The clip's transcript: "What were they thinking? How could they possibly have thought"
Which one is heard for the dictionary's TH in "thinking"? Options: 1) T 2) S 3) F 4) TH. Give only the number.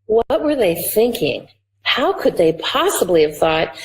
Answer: 4